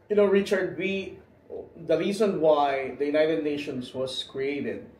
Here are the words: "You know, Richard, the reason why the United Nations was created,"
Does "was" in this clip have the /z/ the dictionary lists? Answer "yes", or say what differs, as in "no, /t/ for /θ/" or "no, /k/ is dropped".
no, /s/ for /z/